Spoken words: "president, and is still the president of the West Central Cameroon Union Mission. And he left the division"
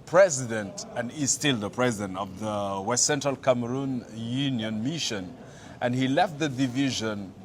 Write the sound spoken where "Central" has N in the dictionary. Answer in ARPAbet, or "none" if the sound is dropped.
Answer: N